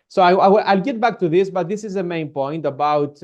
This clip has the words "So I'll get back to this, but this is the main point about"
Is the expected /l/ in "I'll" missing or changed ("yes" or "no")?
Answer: no